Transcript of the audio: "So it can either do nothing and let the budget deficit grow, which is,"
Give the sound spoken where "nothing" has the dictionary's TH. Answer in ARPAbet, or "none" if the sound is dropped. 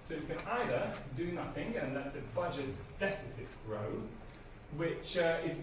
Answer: TH